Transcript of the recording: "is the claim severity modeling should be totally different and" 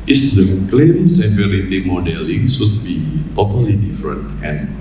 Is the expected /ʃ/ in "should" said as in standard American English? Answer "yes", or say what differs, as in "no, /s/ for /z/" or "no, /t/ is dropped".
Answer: no, /s/ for /ʃ/